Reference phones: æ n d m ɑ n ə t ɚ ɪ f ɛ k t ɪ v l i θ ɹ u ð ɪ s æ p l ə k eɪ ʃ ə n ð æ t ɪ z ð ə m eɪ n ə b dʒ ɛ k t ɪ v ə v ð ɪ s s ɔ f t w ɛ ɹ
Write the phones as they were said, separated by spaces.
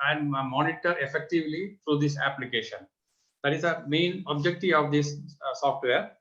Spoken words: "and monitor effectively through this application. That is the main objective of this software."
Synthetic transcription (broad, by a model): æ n d m ɑ n ə t ɚ ɪ f ɛ k t ɪ v l i t ɹ u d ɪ s æ p l ə k eɪ ʃ ə n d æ t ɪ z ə m eɪ n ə b dʒ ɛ k t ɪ ə v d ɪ s s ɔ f t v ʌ ɹ